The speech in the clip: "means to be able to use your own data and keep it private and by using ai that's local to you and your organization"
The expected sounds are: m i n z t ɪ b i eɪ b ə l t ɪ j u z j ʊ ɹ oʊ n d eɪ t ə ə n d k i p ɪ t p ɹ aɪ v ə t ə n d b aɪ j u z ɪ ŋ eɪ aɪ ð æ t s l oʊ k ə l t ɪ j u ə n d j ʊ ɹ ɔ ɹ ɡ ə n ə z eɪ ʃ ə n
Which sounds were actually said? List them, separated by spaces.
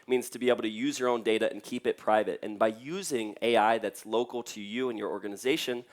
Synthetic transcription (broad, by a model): m i n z t ɪ b i eɪ b l t ɪ j u z j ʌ ɹ oʊ n d eɪ t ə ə n k i p ɪ t p ɹ aɪ v ə t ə n b aɪ j u z ɪ ŋ eɪ aɪ ð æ t s l oʊ k l t ɪ j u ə n j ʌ ɹ ɔ ɹ ɡ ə n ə z eɪ ʃ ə n